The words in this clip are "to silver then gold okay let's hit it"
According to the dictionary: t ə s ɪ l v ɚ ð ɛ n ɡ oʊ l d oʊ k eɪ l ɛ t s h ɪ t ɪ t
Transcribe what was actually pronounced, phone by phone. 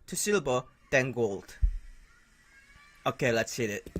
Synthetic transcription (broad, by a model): t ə s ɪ l b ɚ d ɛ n ɡ oʊ l d oʊ k eɪ l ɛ t s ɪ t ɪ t